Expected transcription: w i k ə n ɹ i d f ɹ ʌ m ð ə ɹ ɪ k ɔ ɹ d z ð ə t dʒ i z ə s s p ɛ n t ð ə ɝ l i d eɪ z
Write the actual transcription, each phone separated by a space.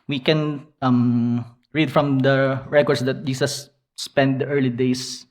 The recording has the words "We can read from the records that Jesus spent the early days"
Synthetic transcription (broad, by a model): w i k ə n ɹ i d f ɹ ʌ m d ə ɹ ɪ k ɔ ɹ d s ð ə t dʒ i s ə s s p ɛ n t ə ɝ l i d eɪ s